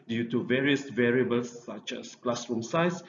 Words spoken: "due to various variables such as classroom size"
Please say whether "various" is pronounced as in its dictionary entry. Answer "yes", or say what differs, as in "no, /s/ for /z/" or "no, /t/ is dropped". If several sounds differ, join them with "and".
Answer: yes